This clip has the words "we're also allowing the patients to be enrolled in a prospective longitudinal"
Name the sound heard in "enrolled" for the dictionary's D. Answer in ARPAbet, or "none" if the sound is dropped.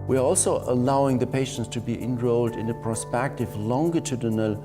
D